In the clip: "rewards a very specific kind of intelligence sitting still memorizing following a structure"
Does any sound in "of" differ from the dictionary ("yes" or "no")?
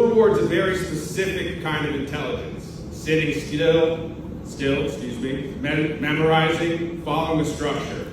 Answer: no